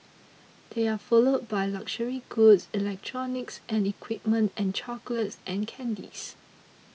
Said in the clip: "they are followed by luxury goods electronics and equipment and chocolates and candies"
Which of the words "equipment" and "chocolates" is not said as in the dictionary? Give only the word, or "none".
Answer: none